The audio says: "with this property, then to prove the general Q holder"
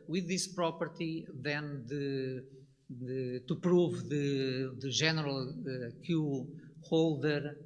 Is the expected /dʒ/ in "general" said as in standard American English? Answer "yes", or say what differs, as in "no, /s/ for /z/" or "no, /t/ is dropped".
no, /ʒ/ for /dʒ/